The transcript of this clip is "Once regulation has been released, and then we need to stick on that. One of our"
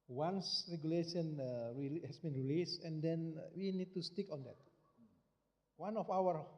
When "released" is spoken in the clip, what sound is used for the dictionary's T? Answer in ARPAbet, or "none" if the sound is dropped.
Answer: none